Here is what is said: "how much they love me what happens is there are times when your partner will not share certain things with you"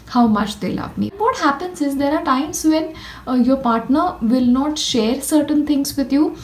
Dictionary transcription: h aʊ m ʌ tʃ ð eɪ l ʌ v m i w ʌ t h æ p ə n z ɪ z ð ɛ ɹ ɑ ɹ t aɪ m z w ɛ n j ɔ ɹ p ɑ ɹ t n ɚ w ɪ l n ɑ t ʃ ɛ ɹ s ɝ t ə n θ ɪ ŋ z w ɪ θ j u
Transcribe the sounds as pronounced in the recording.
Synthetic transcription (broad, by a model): h aʊ m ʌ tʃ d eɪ l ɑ p m i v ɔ t h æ p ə n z ɪ z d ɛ ɹ ɑ ɹ t aɪ m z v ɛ n j ɔ ɹ p ɑ ɹ t n ɚ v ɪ l n ɑ t ʃ ɛ ɹ s ɝ t ə n t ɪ ŋ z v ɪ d j u